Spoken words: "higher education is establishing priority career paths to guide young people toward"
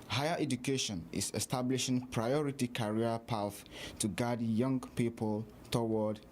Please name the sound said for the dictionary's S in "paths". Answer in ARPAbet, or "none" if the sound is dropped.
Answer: none